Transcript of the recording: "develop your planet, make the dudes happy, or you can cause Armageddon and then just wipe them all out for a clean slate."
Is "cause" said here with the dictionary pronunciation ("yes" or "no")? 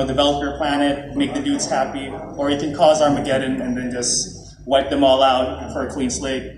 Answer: yes